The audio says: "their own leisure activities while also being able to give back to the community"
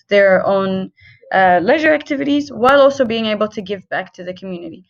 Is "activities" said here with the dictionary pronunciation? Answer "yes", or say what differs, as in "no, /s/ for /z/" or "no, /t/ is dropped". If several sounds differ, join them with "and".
yes